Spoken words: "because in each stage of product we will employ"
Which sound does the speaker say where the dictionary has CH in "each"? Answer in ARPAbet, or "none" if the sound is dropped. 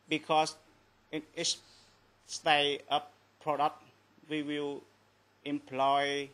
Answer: S